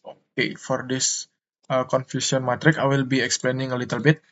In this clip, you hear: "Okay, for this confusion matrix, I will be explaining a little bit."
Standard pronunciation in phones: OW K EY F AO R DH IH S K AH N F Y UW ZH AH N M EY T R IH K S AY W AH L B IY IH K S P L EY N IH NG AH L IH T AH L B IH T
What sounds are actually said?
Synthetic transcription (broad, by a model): OW K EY F AO R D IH S K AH N F Y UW S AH N M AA T R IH K AY W AH L B IY IH K S P L EY N IH NG AH L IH T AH L B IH T